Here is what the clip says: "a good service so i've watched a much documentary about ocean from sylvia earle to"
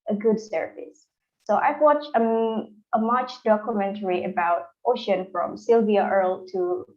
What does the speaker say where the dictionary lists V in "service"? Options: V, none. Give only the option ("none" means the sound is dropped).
none